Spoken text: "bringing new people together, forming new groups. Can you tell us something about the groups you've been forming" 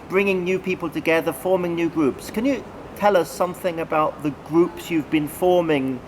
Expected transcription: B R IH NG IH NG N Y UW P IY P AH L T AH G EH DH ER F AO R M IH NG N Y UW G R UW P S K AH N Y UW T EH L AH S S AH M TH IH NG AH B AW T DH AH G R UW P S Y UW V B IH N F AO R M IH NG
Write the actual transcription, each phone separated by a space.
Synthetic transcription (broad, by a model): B R IH NG IH NG N Y UW P IY P AH L T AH G EH DH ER F AO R M IH NG N Y UW G R UW P S K AH N Y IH T EH L AH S S AH M TH IH NG AH B AW T DH AH G R UW P S Y UW V B IH N F AO R M IH NG